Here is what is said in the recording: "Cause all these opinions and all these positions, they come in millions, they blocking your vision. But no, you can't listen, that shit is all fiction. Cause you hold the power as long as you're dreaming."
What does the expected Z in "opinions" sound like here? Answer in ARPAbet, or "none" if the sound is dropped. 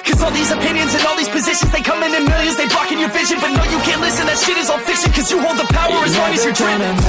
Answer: Z